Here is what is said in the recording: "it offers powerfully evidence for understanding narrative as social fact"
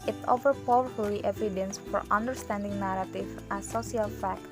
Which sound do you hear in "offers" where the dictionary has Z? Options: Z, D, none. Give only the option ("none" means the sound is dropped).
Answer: none